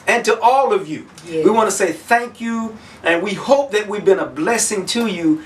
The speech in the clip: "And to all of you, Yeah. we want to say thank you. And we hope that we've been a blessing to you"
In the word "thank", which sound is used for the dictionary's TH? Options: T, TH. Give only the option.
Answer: TH